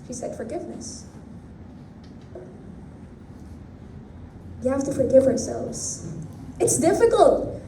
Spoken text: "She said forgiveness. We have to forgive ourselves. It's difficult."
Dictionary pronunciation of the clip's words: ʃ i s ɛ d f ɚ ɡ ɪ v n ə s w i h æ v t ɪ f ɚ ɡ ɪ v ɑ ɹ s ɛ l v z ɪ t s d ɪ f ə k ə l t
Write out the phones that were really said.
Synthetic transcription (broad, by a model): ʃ i s ɛ d f ɚ ɡ ɪ v n ə s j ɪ h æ f t ɪ f ɚ ɡ ɪ v ɑ ɹ s ɛ l v z ɪ t s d ɪ f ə k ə l t